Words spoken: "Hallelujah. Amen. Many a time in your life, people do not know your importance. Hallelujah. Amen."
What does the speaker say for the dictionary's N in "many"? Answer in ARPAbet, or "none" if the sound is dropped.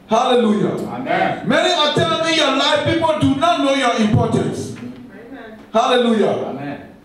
none